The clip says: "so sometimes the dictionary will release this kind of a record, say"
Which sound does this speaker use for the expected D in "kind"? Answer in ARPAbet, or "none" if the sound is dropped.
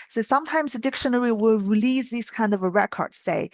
D